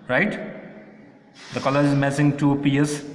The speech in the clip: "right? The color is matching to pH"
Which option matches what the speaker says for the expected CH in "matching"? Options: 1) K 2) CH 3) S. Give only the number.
3